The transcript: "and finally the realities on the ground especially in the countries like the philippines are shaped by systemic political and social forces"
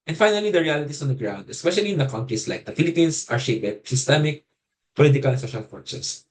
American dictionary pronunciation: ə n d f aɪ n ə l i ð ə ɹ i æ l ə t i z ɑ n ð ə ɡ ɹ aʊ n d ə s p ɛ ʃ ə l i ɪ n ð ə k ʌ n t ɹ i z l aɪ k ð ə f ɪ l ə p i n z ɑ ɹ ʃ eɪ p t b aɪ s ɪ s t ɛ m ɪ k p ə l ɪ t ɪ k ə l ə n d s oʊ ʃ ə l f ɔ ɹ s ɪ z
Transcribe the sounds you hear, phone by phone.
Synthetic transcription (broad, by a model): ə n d f aɪ n ə l i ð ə ɹ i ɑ l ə t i s ɑ n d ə ɡ ɹ aʊ n d ə s p ɛ ʃ ə l i ɪ n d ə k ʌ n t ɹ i s l aɪ k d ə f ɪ l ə p i n s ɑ ɹ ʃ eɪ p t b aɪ s ɪ s t ɛ m ɪ k p ə l ɪ t ɪ k ə l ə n s oʊ ʃ ə l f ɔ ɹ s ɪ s